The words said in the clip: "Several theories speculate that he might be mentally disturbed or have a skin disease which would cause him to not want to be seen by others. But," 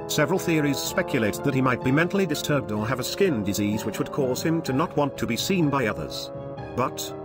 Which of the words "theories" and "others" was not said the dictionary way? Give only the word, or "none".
none